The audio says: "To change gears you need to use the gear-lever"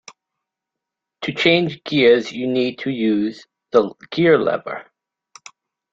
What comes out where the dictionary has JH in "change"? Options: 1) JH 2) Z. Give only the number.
1